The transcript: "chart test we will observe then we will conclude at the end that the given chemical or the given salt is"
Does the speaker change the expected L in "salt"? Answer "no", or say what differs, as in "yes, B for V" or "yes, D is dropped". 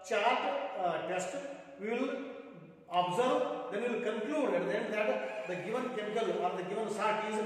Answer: yes, L is dropped